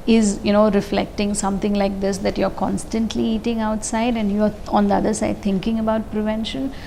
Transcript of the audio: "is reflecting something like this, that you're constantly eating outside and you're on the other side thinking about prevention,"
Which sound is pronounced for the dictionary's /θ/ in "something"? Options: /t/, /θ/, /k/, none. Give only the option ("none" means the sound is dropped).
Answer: /t/